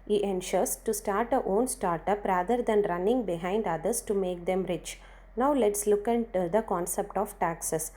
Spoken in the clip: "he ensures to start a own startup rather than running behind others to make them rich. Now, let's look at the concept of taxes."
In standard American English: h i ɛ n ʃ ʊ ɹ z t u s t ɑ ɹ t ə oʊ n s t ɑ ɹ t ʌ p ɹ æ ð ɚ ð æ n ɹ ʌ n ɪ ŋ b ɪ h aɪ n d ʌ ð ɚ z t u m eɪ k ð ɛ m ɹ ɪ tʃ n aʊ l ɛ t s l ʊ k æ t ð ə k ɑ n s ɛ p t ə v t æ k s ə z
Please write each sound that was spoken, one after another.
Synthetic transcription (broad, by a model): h i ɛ n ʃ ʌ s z t u s t ɑ ɹ t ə oʊ n s t ɑ ɹ t ʌ p ɹ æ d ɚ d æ n ɹ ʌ n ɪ ŋ b ɪ h aɪ n d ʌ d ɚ s t u m eɪ k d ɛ m ɹ ɪ tʃ n aʊ l ɛ t s l ʊ k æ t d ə k ɑ n s ɛ p t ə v t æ k s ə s